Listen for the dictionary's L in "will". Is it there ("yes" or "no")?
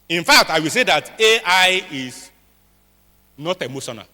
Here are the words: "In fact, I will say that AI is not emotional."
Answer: yes